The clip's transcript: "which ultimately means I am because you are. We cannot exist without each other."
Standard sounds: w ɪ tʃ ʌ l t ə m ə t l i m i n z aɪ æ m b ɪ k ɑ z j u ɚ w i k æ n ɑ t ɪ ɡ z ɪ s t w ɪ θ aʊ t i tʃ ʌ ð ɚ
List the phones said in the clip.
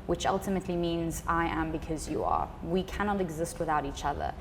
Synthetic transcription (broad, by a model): w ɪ tʃ ʌ l t ə m ə t l i m i n z aɪ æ m b ɪ k ɑ z j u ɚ w i k æ n ɑ t ɪ ɡ z ɪ s t w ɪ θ aʊ t i tʃ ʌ ð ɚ